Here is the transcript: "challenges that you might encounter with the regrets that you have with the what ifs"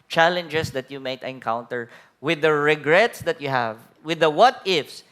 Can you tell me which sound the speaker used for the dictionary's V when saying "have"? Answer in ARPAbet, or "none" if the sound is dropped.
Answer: V